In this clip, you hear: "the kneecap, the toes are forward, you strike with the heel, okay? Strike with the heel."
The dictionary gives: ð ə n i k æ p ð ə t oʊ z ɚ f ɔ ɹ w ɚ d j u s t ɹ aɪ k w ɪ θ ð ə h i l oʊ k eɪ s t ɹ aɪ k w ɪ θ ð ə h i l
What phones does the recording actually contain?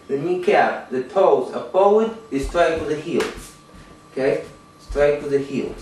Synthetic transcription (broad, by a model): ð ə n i k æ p ð ə t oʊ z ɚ p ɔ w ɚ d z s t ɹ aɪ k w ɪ ð ə h i l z k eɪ s t ɹ aɪ k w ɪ ð ə h i l